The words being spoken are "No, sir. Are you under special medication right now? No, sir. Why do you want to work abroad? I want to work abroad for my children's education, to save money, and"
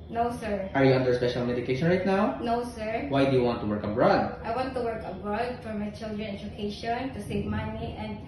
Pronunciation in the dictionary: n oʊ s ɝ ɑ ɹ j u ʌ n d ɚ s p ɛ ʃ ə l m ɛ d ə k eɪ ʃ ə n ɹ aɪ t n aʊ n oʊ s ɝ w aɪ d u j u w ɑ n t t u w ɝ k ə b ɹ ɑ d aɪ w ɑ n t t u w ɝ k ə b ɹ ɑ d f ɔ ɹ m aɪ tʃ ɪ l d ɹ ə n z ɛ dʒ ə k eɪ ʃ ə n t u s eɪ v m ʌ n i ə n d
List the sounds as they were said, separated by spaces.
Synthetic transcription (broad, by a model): n oʊ s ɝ ɑ ɹ j u ʌ n d ɚ s p ɛ ʃ ə l m ɛ d ə k eɪ ʃ ə n ɹ aɪ t n aʊ n oʊ s ɝ w aɪ d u j u w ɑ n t t u w ɝ k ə b ɹ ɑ d aɪ w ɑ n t t u w ɝ k ə b ɹ ɑ d f ɔ ɹ m aɪ tʃ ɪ l d ɹ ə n ɛ dʒ ə k eɪ ʃ ə n t u s eɪ v m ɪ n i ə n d